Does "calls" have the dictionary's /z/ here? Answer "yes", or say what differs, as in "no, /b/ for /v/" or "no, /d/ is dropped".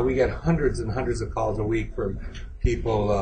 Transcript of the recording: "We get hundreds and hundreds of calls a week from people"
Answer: yes